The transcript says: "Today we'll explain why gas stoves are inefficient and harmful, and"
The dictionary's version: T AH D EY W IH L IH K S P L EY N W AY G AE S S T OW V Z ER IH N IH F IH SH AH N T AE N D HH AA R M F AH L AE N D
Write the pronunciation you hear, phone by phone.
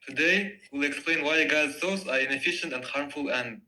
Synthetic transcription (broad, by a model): T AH D EY W IH L IH K S P L EY N W AY G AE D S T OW Z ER IH N IH F IH SH AH N T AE N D HH AA R M F AH L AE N